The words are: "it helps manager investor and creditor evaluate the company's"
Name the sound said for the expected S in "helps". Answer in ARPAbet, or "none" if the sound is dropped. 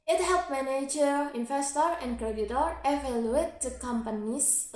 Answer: none